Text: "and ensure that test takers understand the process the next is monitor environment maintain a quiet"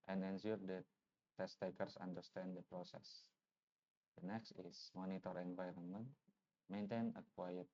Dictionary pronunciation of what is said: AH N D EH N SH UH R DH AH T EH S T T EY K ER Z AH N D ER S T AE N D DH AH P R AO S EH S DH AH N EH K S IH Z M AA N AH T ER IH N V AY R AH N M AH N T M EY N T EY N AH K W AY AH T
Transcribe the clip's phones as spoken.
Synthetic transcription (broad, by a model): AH N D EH N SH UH R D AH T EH S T T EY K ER S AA N D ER S T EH N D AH P R AO S EH S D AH N EH K S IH S M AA N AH T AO IH N V AY R AH N M AH N T M EY N T EY N AH K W AY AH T